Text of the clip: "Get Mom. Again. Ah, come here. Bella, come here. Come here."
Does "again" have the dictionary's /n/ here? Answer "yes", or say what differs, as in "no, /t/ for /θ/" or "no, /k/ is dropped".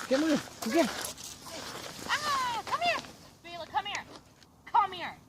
no, /n/ is dropped